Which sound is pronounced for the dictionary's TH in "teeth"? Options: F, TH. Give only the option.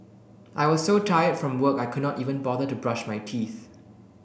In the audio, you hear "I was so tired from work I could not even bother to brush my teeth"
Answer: TH